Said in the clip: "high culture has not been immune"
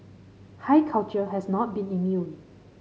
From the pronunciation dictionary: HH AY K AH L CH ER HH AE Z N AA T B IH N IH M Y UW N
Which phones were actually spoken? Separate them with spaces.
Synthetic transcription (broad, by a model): HH AY K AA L CH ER HH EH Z N AA T B IH N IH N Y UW